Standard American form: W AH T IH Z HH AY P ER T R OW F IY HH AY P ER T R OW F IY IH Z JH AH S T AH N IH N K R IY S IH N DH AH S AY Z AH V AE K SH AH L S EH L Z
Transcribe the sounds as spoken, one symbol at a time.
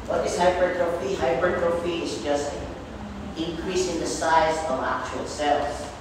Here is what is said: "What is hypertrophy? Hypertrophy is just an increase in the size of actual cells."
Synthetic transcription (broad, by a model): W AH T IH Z HH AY B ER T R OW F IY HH AY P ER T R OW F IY IH Z JH AH S T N IH N K R IY S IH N DH AH S AY Z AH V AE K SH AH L S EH L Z